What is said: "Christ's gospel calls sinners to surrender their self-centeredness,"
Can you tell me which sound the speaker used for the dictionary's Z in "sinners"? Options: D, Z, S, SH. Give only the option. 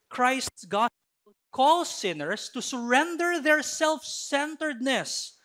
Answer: S